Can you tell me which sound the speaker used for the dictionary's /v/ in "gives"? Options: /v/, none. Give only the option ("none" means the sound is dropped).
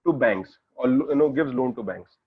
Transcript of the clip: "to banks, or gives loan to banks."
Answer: /v/